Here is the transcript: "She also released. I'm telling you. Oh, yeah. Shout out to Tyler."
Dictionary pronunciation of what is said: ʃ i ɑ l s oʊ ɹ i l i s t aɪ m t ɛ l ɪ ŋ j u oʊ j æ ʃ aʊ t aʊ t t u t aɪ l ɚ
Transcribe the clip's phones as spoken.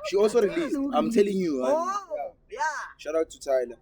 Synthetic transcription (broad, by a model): ʃ i ɑ l s oʊ ɹ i l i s aɪ m t ɛ l ɪ ŋ j u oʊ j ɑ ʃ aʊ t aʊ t t u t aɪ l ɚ